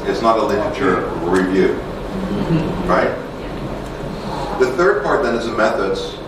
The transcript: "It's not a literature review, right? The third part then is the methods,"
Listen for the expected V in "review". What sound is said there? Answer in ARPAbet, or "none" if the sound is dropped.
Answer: V